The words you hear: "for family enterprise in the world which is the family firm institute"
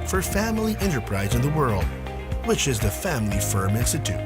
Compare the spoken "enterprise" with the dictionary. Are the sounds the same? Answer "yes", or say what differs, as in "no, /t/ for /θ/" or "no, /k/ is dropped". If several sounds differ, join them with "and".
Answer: yes